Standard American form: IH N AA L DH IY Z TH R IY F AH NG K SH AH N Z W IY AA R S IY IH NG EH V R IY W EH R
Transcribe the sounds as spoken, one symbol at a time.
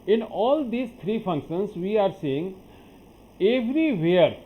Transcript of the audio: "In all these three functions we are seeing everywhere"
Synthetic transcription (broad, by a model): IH N AA L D IY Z T R IY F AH NG K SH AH N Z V IY AA R S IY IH NG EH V R IY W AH R